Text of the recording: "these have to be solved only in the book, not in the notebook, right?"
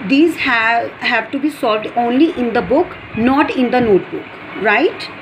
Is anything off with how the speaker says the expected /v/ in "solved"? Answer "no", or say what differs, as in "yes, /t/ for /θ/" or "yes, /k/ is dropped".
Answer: no